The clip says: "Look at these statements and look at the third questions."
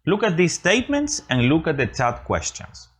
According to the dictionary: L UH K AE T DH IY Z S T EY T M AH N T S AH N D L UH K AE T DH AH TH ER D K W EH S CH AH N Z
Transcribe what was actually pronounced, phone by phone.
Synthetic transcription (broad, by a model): L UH K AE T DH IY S S T EY T M AH N T S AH N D L UH K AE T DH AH T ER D K W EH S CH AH N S